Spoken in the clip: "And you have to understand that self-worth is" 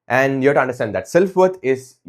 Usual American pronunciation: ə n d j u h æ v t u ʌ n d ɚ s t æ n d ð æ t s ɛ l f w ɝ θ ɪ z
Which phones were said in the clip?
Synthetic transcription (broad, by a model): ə n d j u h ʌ t u ʌ n d ɚ s t æ n d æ t s ɛ l f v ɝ t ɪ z